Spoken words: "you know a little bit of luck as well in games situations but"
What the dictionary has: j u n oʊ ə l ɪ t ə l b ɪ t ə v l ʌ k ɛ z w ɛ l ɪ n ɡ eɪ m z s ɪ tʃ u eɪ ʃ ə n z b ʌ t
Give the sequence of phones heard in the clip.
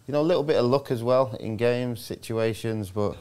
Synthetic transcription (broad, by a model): j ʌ n oʊ ə l ɪ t l b ɪ t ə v l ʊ k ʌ z w ɛ l ɪ n ɡ eɪ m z s ɪ tʃ u eɪ ʃ ə n z b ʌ t